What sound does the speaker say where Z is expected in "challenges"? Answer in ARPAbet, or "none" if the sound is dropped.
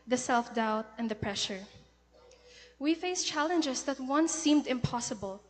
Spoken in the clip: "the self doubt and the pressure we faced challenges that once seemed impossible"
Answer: S